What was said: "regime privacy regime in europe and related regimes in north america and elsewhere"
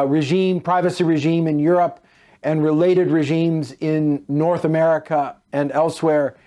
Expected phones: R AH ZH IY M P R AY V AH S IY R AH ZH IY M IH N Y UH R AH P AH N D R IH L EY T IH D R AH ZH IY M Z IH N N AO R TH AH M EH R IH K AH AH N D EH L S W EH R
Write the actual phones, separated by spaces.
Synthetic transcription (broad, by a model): R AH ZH IY M P R AY V AH S IY R AH ZH IY M IH N Y UH R AH P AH N R IH L EY T IH D R AH ZH IY M Z IH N N AO R TH AH M EH R IH K AH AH N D EH L S W EH R